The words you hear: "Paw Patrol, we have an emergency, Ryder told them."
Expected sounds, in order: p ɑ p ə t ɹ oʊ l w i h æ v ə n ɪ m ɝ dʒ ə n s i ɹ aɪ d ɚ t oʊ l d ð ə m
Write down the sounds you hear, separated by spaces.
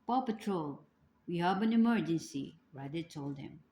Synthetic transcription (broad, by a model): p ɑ p ə t ɹ oʊ l w i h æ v ə n ɪ m ɝ dʒ ə n s i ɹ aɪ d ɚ t oʊ l d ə m